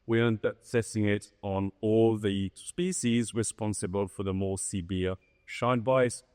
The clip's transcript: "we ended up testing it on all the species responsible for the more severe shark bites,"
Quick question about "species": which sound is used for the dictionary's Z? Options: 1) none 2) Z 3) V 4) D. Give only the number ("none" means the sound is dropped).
2